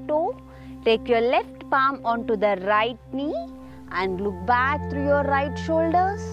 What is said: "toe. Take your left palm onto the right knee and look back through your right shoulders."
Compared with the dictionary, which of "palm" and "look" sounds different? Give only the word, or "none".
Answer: none